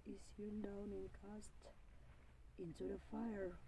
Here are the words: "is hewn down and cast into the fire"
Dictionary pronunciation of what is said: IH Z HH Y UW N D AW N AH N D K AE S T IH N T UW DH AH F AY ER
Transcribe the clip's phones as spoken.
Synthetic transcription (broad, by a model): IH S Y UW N D AW N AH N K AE S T IH N T UW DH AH F AY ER